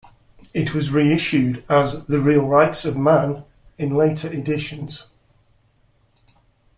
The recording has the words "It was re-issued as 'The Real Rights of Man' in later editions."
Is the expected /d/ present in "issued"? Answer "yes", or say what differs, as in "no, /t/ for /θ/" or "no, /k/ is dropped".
yes